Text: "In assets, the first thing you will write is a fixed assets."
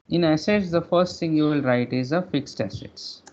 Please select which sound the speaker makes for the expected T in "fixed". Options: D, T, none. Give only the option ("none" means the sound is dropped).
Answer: T